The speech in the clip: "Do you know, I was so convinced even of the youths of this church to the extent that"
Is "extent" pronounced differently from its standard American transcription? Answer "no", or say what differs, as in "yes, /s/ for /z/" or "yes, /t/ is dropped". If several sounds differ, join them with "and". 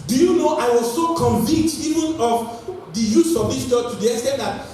yes, /k/ is dropped